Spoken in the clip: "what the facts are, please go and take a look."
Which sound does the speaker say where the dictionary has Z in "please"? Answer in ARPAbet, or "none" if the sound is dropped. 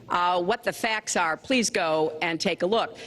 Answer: Z